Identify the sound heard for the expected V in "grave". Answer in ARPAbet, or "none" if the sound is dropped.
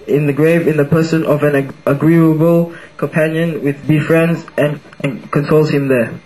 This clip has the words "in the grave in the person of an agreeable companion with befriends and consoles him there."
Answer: V